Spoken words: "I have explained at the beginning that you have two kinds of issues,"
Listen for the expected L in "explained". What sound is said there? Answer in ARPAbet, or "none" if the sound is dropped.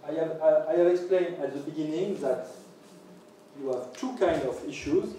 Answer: L